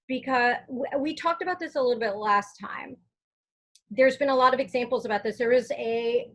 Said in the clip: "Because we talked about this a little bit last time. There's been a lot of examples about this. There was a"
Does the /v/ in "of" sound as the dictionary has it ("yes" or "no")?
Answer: yes